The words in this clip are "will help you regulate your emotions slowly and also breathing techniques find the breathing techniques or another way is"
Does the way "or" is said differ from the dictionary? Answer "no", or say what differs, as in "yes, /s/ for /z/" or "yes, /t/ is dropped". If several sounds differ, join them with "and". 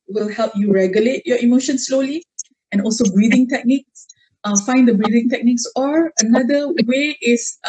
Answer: no